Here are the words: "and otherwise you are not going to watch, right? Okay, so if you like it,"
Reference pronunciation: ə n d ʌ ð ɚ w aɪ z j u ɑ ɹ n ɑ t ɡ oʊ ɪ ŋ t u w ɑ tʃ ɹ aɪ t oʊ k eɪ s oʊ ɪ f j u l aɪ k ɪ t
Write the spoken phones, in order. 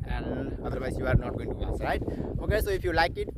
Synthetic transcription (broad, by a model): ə n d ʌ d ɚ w aɪ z j u ɑ ɹ n ɑ t ɡ oʊ ɪ ŋ t u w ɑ s ɹ aɪ t oʊ k eɪ s oʊ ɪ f j u l aɪ k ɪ t